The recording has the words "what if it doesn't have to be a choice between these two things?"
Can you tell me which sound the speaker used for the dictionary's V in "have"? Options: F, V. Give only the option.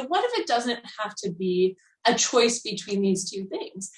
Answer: F